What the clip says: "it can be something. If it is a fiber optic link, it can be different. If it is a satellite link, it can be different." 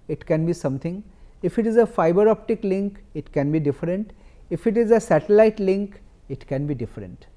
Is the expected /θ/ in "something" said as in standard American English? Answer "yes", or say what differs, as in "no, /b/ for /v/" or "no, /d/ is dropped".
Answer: no, /t/ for /θ/